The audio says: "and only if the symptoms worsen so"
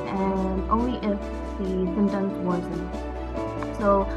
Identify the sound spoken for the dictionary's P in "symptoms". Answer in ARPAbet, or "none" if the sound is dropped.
none